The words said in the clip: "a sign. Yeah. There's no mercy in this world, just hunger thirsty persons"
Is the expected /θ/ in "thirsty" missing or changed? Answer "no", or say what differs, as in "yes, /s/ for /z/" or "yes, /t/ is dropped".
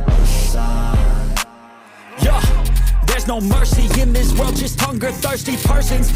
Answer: no